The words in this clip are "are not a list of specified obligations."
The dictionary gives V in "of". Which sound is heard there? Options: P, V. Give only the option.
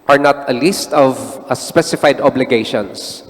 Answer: V